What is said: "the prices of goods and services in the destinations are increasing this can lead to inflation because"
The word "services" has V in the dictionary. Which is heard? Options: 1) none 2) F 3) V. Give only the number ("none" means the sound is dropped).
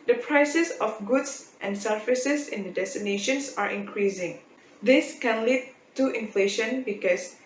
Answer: 2